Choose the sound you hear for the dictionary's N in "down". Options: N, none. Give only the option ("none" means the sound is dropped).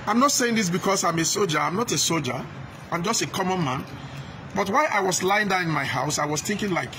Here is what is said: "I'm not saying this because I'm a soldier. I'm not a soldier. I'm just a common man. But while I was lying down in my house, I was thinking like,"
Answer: none